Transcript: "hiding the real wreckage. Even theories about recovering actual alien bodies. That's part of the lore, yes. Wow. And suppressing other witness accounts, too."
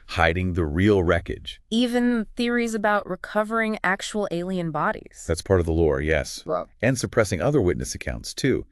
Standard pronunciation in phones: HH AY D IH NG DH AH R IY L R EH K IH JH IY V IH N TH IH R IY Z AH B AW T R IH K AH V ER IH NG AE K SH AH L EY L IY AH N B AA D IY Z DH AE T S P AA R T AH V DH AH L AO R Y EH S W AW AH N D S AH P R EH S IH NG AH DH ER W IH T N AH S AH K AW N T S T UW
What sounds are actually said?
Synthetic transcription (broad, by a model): HH AY D IH NG DH AH R IY L R EH K IH JH IY V IH N TH IH R IY Z AH B AW T R IH K AH V ER IH NG AE K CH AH L EY L IY AH N B AA D IY Z DH AE T S P AA R T AH V DH AH L AO R Y EH S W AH N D S AH P R EH S IH NG AH DH ER W IH T N AH S AH K AW N T S T UW